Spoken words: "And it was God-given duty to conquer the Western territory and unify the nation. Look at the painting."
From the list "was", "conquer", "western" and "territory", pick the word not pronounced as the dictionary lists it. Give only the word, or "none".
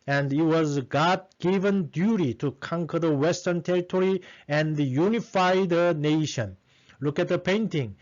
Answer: none